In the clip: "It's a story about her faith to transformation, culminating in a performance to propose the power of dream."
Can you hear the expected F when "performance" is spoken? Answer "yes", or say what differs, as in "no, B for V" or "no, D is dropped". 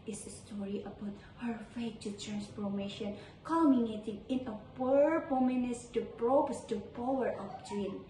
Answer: no, P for F